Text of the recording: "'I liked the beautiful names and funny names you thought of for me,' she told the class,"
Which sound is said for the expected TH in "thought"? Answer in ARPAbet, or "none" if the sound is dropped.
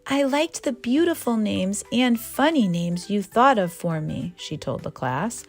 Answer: TH